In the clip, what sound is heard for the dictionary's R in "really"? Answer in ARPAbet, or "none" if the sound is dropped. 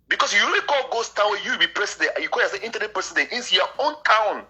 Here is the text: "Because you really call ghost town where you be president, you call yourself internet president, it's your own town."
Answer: W